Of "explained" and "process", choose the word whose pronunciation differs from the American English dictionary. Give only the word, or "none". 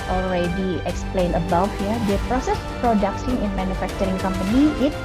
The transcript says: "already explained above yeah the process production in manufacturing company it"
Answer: explained